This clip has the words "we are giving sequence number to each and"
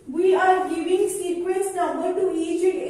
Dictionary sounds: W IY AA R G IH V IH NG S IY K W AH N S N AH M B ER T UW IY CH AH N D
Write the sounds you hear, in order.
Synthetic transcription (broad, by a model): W IY AA R G IH V IH NG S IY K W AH S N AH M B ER T UW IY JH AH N